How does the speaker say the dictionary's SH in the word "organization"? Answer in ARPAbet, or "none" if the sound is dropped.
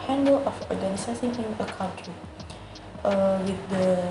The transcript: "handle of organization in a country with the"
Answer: S